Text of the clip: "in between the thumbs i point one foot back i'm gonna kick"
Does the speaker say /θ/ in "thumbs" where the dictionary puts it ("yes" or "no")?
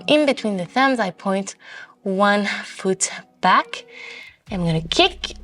yes